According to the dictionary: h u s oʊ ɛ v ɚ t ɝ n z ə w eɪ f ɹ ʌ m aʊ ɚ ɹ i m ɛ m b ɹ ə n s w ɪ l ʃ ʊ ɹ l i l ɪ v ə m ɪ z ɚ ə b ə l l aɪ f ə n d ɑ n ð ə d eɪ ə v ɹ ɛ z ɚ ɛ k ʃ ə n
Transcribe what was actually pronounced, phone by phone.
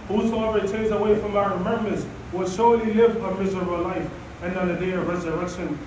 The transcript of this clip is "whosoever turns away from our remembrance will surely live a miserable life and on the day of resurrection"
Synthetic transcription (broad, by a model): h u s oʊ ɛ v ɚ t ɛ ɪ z ə w eɪ f ɹ ʌ m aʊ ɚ ɹ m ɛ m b ə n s w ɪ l ʃ ʊ ɹ l i l ɪ v ə m ɪ z ɚ ə b ə l l aɪ f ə n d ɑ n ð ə d eɪ ə v ɹ ɛ z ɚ ɛ k ʃ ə n